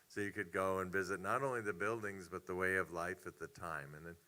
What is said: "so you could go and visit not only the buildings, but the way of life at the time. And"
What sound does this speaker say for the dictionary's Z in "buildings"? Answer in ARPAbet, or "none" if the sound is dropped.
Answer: Z